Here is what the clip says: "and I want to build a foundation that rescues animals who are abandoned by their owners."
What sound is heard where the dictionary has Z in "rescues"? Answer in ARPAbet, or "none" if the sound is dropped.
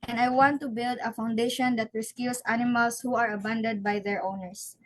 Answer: S